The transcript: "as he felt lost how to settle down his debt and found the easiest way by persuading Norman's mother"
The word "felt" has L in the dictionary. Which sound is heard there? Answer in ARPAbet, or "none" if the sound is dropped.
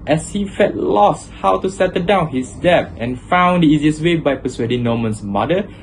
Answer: none